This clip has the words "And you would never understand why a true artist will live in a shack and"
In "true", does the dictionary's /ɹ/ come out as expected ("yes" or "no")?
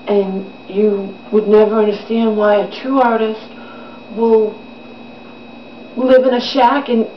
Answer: no